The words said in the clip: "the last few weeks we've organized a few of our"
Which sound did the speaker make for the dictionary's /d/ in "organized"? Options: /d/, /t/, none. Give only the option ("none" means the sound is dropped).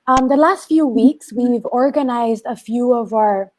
/d/